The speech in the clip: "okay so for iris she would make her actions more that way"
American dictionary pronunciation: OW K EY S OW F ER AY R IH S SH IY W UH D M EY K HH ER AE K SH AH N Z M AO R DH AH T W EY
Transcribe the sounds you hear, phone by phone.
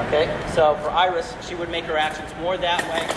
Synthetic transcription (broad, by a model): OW K EY S OW F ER AY R IH S SH IY W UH D M EY K HH ER AE K SH AH N Z M AO R DH AH T W EY